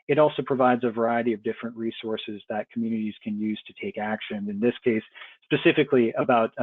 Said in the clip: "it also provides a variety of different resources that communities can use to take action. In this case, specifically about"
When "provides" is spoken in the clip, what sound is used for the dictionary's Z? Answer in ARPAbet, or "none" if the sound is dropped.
Z